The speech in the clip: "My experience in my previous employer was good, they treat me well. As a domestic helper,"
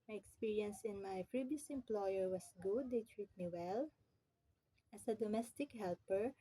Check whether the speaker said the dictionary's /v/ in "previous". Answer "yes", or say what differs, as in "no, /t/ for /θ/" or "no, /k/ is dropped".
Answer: no, /b/ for /v/